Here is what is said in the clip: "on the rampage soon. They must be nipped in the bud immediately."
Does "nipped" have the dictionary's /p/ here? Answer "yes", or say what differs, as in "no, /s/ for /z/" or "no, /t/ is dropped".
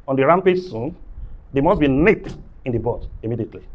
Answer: no, /p/ is dropped